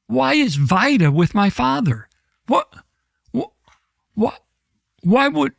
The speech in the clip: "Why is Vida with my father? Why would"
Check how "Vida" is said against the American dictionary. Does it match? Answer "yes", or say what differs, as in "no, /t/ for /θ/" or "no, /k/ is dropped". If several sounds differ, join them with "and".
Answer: yes